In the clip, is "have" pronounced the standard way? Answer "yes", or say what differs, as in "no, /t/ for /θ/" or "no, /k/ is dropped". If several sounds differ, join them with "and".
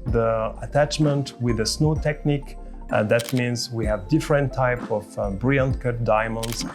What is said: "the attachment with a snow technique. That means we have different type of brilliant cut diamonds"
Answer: yes